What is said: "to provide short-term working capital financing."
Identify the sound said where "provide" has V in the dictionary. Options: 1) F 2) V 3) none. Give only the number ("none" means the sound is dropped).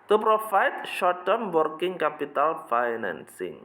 1